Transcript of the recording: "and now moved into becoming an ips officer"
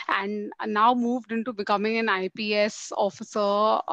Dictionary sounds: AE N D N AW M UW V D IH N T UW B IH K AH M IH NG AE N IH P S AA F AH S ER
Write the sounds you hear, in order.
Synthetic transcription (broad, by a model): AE N D N AW M UW V D IH N T UW B IH K AH M IH NG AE N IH P S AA F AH S ER